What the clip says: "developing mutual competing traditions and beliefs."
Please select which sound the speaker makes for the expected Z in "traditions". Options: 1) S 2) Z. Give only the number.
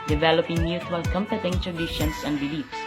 1